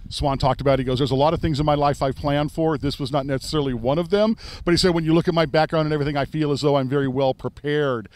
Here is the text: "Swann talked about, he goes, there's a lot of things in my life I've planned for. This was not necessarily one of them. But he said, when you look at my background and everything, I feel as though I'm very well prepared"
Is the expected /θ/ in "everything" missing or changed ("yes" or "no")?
no